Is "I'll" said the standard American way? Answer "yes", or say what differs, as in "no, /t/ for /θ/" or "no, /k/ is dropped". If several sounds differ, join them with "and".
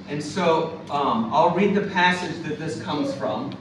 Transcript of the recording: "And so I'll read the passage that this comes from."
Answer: yes